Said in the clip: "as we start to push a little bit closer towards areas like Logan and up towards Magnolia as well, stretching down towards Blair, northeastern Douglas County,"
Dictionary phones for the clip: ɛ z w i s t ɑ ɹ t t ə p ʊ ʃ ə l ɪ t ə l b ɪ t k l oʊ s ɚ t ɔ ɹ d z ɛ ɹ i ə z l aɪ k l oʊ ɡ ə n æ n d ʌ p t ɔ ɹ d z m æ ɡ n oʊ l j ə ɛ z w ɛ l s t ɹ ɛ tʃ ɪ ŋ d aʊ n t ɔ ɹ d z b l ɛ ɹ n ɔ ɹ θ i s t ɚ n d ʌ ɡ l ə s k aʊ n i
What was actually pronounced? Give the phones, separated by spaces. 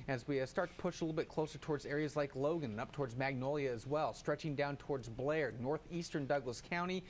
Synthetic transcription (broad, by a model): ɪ z w i s t ɑ ɹ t t ə p ʊ ʃ ə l ɪ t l b ɪ t k l oʊ s ɚ t ɔ ɹ d z ɛ ɹ i ə z l aɪ k l oʊ ɡ ə n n ʌ p t ɔ ɹ d z m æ ɡ n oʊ l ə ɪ z w ɛ l s t ɹ ɛ tʃ ɪ ŋ d aʊ n t ɔ ɹ d z b l ɛ ɹ n ɔ ɹ θ i s t ɚ n d ʌ ɡ l ə s k aʊ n i